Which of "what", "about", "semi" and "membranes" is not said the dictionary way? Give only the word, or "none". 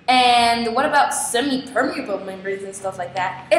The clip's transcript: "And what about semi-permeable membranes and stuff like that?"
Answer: membranes